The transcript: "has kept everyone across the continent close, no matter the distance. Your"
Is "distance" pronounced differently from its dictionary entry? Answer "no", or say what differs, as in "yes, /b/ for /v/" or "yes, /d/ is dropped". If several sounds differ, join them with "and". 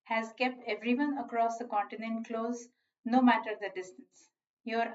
no